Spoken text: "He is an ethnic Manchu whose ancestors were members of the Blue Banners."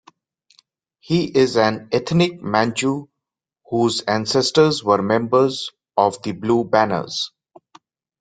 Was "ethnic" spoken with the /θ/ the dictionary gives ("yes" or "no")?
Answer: no